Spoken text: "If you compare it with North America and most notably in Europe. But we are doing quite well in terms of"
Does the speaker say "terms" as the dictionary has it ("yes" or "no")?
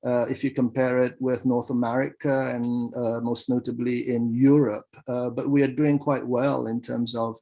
yes